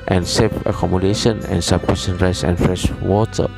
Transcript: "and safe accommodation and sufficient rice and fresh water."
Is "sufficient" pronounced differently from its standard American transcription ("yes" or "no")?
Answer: yes